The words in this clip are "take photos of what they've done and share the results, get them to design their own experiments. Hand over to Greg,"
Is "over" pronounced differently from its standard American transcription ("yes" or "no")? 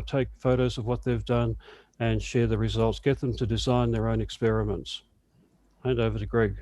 no